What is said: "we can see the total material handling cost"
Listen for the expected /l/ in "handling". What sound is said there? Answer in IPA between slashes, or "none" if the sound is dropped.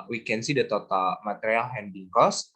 none